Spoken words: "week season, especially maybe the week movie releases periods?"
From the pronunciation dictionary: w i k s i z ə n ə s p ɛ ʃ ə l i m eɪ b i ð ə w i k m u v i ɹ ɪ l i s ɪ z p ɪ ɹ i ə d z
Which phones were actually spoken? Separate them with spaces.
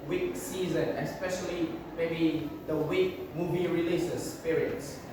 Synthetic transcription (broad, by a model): w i k s i z ə n ə s p ɛ ʃ ə l i m eɪ b i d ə w i k m u v i ɹ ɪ l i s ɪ s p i ɹ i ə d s